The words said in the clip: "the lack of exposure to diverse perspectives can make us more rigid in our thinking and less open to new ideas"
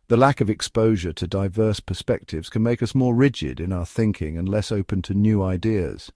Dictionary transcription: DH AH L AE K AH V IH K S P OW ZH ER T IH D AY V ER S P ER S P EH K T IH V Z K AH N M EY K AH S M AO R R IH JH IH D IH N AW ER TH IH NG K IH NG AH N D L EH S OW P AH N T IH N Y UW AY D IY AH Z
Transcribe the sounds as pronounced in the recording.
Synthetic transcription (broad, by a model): DH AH L AE K AH V IH K S P OW ZH ER T IH D AY V ER S P ER S P EH K T IH V Z K AH N M EY K AH S M AO R R IH JH IH D IH N AW ER TH IH NG K IH NG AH N L EH S OW P AH N T IH N Y UW AY D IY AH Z